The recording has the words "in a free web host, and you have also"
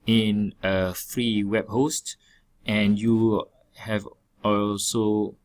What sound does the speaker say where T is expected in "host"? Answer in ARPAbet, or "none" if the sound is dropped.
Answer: T